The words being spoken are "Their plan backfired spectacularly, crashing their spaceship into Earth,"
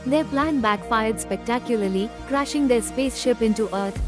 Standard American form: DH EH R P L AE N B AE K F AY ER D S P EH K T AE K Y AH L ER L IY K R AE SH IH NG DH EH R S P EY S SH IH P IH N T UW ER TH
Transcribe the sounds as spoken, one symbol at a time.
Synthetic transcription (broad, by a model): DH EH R P L AE N B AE K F AY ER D S P EH K T AE K Y AH L ER L IY K R AE SH IH NG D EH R S P EY S SH IH P IH N T UW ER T